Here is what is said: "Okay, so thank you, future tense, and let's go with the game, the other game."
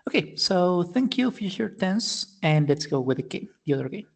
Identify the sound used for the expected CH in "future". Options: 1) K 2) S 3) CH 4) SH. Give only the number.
4